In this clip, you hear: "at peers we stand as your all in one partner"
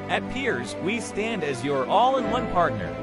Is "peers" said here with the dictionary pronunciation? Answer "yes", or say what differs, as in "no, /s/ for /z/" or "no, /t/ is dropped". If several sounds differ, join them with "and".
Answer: yes